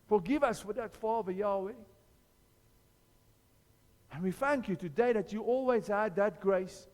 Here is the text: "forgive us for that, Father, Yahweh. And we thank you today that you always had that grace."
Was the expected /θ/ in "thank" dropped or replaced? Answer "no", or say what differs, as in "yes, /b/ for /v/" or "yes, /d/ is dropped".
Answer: no